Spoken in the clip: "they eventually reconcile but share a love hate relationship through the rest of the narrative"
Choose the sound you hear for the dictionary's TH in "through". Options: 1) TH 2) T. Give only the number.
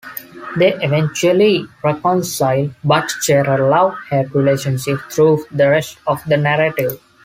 2